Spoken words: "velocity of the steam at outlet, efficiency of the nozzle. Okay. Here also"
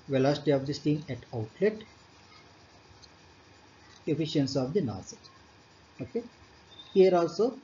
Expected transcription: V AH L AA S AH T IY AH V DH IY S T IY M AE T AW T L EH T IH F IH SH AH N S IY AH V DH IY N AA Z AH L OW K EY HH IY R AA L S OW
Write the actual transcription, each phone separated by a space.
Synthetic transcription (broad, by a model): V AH L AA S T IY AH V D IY S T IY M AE T AW T L EH T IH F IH SH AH N S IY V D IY N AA S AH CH OW K EY HH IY R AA L S OW